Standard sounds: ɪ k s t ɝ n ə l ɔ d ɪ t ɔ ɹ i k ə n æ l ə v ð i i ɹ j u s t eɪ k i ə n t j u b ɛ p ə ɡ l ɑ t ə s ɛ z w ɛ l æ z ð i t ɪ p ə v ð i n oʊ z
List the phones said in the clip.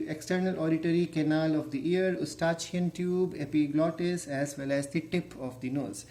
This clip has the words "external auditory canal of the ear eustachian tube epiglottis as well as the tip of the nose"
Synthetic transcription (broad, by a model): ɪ k s t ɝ n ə l ɔ d ɪ t ɔ ɹ i k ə n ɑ l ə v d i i ɹ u s t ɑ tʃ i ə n t j u b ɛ p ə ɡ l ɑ t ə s ɛ z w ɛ l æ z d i t ɪ p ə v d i n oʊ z